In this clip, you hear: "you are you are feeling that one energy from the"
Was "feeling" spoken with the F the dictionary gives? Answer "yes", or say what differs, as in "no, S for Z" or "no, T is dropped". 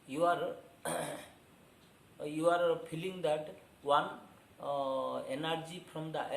no, P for F